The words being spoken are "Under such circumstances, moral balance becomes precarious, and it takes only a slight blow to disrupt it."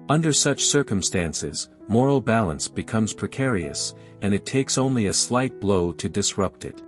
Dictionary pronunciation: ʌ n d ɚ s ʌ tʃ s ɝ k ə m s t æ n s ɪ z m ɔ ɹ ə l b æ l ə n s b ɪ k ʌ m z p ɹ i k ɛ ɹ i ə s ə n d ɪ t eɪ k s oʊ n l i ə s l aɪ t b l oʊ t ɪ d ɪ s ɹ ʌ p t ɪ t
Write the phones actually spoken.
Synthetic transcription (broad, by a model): ʌ n d ɚ s ʌ tʃ s ɝ k ə m s t æ n s ɪ z m ɔ ɹ l b æ l ə n s b ɪ k ʌ m z p ɹ i k ɛ ɹ i ə s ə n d ɪ t eɪ k s oʊ n l i ə s l aɪ t b l oʊ t ɪ d ɪ s ɹ ʌ p t ɪ t